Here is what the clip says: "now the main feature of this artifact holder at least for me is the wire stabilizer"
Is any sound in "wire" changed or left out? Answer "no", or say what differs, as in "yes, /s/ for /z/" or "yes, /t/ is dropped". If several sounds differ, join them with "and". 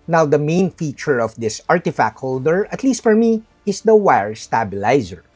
no